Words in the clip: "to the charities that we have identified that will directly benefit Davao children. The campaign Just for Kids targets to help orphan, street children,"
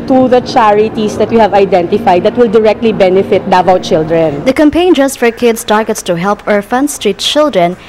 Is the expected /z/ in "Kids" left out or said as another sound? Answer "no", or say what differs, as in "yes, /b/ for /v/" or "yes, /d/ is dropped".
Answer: yes, /s/ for /z/